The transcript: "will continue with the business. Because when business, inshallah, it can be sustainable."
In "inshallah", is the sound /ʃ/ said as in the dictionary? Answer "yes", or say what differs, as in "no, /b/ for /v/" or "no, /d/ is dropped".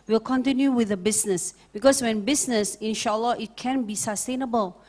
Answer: yes